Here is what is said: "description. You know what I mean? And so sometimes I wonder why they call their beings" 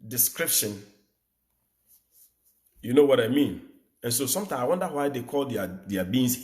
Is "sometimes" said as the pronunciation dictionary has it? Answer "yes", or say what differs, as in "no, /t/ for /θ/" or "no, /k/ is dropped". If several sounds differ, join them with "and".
no, /z/ is dropped